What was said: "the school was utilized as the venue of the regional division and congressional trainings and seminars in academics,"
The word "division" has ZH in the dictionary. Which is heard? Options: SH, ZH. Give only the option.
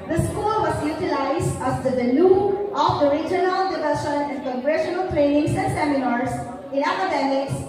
SH